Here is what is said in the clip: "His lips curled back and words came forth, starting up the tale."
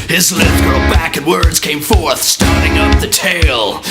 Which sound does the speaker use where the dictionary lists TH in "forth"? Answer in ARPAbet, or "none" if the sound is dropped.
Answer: TH